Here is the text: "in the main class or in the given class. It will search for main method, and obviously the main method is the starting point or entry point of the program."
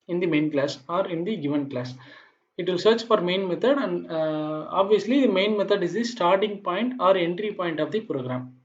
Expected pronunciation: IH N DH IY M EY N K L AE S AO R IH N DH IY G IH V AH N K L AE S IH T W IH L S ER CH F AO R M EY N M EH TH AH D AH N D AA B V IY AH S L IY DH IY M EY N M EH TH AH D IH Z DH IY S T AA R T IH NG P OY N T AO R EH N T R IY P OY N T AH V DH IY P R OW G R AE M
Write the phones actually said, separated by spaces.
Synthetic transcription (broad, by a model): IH N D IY M EY N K L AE S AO R IH N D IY G IH V AH N K L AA S IH T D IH S ER CH F AO R M EY N M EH T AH D AH N D AA B V IY AH S L IY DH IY M EY N M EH T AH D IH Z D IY S T AA R T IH NG P OY N T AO R EH N T R IY P OY N T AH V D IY P R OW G R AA M